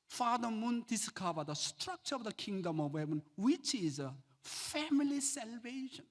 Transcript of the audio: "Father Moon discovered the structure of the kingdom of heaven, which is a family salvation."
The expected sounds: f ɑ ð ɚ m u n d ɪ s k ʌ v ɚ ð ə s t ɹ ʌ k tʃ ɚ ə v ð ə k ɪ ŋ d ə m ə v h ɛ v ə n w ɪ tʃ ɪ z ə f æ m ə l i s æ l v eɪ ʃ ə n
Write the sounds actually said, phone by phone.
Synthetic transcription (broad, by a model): f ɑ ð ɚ m u n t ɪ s k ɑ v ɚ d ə s t ɹ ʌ k tʃ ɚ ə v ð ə k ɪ ŋ d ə m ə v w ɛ b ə n w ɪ tʃ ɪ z ə f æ m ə l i s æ l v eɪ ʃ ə n